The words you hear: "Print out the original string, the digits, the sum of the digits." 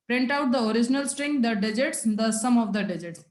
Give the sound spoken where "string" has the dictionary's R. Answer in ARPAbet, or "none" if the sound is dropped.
R